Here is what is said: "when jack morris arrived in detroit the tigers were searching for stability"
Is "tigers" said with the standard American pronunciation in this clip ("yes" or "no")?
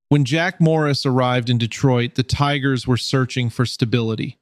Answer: yes